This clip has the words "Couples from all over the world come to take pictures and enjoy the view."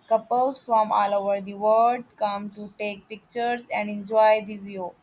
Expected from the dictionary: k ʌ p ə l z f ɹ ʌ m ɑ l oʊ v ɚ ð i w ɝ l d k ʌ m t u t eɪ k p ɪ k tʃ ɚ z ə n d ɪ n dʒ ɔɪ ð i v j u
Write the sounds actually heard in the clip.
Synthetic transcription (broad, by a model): k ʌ p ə l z f ɹ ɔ m ɑ l oʊ v ɚ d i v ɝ d k ʌ m t u t eɪ k p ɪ k tʃ ɚ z ə n d ɪ n dʒ ɔɪ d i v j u